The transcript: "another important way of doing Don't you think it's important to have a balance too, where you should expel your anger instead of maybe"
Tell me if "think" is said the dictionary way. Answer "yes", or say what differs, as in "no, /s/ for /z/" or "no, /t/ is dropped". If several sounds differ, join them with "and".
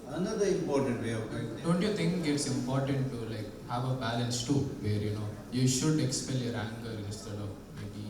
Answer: no, /t/ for /θ/